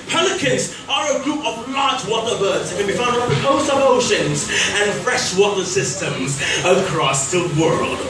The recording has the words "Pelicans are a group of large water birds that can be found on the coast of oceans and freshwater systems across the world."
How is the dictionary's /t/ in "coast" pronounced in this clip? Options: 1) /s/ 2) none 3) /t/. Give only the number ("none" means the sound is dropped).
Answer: 2